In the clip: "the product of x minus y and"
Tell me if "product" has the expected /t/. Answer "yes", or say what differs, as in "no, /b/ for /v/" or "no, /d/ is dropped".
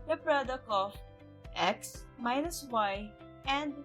no, /t/ is dropped